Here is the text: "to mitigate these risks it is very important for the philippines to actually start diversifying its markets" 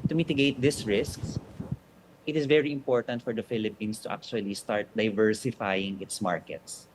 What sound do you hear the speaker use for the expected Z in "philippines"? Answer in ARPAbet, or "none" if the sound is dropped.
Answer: S